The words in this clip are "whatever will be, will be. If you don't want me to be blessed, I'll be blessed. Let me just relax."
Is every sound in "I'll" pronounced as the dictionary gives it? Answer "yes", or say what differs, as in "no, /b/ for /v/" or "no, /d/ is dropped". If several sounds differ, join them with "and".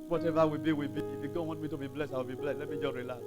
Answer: no, /w/ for /l/